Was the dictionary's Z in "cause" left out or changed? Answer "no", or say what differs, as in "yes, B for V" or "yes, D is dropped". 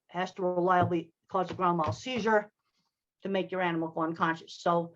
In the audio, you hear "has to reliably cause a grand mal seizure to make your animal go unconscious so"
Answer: no